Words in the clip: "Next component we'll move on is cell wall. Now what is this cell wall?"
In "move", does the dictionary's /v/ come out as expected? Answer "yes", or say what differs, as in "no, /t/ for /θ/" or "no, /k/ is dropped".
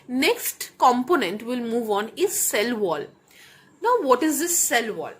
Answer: yes